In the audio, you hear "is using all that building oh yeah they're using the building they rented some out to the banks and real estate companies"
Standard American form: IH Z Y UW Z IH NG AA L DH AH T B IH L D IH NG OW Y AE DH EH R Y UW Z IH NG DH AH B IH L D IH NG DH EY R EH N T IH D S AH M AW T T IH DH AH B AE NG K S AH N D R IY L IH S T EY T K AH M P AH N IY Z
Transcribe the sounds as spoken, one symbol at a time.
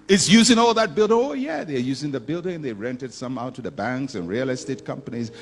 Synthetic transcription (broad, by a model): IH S Y UW Z IH NG AA L DH AH T B IH L D IH NG OW Y AE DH EH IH Y UW Z IH NG DH AH B IH L D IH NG DH EY R EH N T IH D S AH M AW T T IH DH AH B AE NG K S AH N R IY L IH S T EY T K AH M P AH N IY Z